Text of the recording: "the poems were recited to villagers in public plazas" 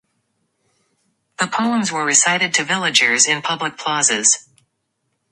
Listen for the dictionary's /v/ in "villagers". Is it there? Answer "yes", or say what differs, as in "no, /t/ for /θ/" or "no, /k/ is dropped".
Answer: yes